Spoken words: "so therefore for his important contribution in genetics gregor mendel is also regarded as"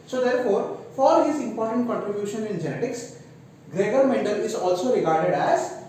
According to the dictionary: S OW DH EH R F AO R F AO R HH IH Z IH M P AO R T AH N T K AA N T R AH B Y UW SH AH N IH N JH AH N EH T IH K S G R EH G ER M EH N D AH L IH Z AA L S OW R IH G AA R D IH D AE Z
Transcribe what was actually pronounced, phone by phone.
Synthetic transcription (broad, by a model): S OW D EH R F AO R F AO R HH IH Z IH M P AO R T AH N T K AA N T R AH B Y UW SH AH N IH N JH AH N EH T IH K S G R EH G ER M EH N D AH L IH Z AA L S OW R IH G AA R D IH D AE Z